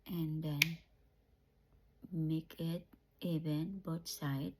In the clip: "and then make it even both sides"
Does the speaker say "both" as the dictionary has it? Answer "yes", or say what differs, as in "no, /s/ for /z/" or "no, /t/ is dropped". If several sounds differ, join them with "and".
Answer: no, /t/ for /θ/